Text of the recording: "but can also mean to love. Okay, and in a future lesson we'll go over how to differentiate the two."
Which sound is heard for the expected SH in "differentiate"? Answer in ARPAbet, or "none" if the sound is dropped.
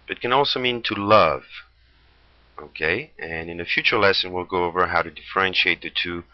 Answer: SH